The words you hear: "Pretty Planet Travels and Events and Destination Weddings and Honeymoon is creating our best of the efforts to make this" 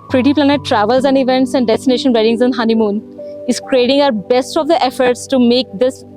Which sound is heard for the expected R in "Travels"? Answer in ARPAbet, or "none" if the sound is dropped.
R